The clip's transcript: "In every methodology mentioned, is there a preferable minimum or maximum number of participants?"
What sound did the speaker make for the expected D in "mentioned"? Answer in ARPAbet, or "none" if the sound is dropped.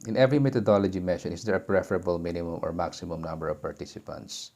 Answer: none